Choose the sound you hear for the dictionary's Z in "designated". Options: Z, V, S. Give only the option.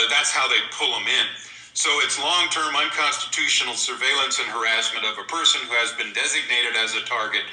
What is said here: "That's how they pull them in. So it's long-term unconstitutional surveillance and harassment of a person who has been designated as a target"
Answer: Z